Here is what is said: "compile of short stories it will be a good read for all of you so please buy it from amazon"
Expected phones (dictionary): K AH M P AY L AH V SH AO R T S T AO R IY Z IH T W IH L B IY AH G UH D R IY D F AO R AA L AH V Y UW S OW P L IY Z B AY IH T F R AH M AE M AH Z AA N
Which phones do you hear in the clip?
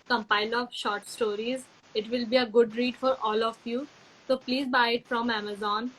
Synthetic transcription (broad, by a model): K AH M P AY L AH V SH AO R T S T AO R IY Z IH T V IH L B IY AH G UH D R IY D F AO R AA L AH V Y UW S OW P L IY Z B AY IH T F R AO M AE M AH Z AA N